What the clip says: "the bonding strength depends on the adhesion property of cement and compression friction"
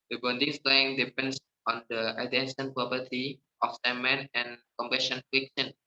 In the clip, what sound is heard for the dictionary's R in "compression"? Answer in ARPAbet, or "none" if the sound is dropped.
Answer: none